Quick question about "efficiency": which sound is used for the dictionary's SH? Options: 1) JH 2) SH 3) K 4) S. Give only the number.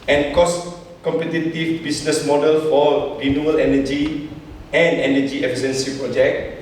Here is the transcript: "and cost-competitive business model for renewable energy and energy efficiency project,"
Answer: 4